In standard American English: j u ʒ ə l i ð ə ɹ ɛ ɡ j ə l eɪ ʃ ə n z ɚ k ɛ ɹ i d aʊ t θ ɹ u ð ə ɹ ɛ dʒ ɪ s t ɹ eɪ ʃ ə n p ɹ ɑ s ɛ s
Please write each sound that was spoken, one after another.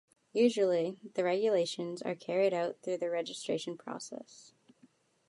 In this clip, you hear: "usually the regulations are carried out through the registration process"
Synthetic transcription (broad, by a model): j u ʒ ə l i ð ə ɹ ɛ ɡ j ə l eɪ ʃ ə n z ɚ k ɛ ɹ i d aʊ t θ ɹ u ð ə ɹ ɛ dʒ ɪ s t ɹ eɪ ʃ n p ɹ ɑ s ɛ s